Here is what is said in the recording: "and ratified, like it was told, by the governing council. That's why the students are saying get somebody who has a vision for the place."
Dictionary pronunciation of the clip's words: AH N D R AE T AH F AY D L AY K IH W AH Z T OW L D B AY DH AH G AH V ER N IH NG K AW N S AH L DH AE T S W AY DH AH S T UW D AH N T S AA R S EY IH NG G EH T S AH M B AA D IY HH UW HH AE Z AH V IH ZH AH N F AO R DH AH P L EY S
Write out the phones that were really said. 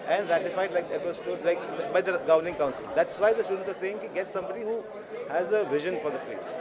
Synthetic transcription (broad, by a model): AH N D R AE T AH F AY D L AY K IH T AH S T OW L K B AY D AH G AH V ER N IH NG K AW N S AH L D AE T S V AY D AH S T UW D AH N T S AA R S EY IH NG G EH T S AH M B AA D IY HH UW HH AE Z AH V IH ZH AH N F AO R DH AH P L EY S